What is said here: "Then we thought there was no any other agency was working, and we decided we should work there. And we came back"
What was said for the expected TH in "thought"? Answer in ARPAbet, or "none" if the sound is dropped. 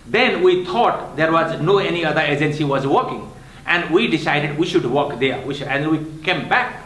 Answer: T